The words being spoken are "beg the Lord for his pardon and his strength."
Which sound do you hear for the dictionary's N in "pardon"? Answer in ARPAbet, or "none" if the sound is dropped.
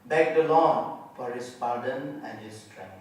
N